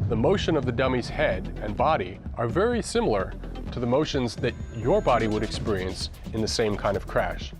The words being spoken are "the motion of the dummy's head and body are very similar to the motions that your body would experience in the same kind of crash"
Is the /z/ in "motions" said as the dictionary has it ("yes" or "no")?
yes